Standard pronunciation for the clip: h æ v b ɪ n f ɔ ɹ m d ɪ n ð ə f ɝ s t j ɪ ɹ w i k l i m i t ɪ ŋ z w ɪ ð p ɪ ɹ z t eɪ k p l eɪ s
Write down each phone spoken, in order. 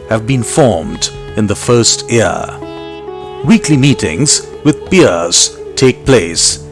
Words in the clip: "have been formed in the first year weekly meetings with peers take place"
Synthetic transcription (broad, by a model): h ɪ v b ɪ n f ɔ ɹ m d ɪ n ð ə f ɝ s t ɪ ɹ w i k l i m i t ɪ ŋ z w ɪ ð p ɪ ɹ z t eɪ k p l eɪ s